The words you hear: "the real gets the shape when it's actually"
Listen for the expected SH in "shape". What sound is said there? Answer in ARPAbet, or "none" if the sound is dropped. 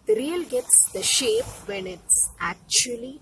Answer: SH